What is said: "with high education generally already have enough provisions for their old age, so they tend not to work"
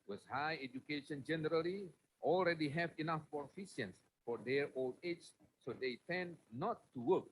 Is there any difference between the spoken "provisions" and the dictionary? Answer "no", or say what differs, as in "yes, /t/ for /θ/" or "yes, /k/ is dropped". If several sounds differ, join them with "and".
yes, /f/ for /v/ and /s/ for /ʒ/ and /s/ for /z/